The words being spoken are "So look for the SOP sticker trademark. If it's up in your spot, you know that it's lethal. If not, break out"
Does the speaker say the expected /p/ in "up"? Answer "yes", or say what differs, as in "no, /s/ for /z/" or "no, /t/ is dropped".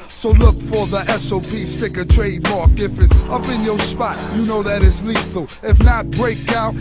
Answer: yes